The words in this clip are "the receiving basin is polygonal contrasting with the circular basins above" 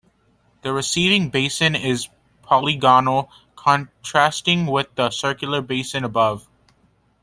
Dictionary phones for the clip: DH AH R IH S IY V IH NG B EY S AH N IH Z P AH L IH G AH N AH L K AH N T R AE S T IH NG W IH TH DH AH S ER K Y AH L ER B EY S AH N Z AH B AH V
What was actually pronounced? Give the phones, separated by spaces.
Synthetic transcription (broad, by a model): DH AH R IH S IY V IH NG B EY S AH N IH Z P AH L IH G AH N L K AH N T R AE S T IH NG W IH DH AH S ER K Y L ER B EY S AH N AH B AH V